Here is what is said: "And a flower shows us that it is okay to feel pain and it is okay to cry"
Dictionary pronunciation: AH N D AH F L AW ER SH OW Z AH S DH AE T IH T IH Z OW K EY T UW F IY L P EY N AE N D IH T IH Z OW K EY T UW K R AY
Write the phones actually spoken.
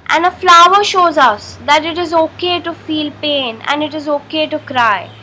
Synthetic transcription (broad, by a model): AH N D AH F L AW ER SH OW Z AH S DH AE T IH T IH Z OW K EY T UW F IY L P EY N AE N D IH T IH Z OW K EY T UW K R AY